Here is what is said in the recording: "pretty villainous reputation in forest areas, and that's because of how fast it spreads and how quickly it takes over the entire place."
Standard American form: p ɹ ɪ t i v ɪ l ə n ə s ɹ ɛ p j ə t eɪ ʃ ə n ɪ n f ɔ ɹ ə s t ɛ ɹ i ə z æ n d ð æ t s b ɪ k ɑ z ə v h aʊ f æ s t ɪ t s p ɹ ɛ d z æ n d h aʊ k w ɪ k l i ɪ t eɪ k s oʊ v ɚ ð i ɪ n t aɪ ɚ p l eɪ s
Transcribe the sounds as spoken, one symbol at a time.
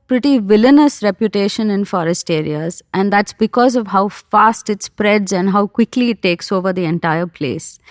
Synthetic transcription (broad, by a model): p ɹ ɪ t i v ɪ l ə n ə s ɹ ɛ p j ə t eɪ ʃ ə n ɪ n f ɔ ɹ ə s t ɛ ɹ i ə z æ n d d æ t s b ɪ k ɑ z ə v h aʊ f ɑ s t ɪ t s p ɹ ɛ d z æ n d h aʊ k w ɪ k l i ɪ t eɪ k s oʊ v ɚ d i ɪ n t aɪ ɚ p l eɪ s